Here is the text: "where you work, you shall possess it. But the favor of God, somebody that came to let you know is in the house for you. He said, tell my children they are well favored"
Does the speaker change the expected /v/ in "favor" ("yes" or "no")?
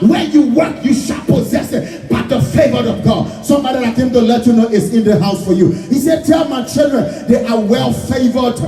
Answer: no